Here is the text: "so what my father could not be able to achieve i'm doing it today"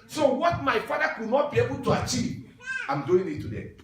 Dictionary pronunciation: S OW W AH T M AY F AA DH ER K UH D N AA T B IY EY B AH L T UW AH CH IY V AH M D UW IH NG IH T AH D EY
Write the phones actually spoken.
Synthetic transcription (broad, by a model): S OW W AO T M AY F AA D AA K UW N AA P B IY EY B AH T UW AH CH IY AH M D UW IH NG IH T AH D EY